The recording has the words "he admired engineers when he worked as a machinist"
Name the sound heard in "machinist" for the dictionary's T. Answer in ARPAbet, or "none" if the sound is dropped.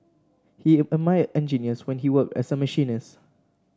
none